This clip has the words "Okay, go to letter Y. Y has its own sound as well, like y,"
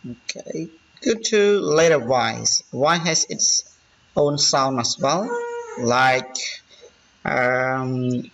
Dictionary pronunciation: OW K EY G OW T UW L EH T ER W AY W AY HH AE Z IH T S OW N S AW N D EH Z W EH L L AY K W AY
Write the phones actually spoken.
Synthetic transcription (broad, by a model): OW K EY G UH T UW L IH T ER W AY W AY HH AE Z IH T S OW N S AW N AH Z W EH L L AY K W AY